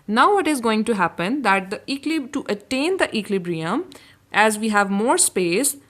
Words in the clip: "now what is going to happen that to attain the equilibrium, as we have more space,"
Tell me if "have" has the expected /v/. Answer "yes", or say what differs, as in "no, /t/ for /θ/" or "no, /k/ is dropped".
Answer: yes